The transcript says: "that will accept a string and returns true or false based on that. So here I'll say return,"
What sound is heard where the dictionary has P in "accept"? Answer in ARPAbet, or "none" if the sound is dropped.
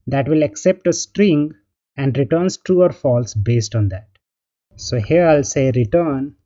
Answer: P